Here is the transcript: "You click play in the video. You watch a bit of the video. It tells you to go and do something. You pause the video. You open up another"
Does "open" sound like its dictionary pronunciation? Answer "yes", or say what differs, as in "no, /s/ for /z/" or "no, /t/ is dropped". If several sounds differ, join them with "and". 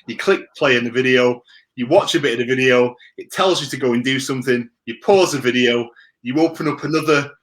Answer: yes